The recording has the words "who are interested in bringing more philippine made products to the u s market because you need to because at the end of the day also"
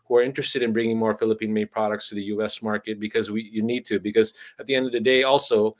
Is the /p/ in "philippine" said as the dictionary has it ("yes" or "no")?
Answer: yes